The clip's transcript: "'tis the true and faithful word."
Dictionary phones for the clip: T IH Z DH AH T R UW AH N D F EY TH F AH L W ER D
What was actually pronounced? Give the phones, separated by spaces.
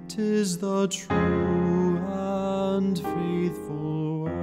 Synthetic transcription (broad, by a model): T IH Z DH AH T R UW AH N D F EY TH F AH L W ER